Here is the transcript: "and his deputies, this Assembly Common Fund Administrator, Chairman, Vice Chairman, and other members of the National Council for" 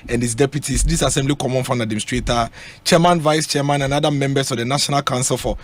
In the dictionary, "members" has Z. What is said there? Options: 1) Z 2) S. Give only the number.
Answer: 2